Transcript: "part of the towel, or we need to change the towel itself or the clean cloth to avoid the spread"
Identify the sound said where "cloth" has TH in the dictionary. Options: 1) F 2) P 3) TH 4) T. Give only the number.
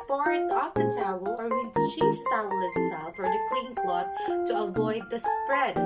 4